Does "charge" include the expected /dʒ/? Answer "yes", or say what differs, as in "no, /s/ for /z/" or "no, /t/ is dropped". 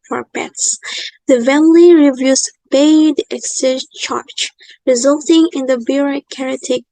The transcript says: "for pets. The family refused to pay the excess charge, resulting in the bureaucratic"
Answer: no, /tʃ/ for /dʒ/